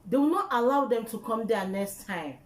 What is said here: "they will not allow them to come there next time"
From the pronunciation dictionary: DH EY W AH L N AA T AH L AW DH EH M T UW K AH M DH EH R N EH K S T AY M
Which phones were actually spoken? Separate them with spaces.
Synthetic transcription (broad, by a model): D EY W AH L N AA T AH L AW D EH M T UW K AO M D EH N EH K S T AY M